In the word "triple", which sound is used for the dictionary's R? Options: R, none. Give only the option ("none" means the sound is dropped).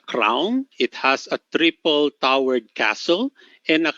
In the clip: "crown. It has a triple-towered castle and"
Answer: R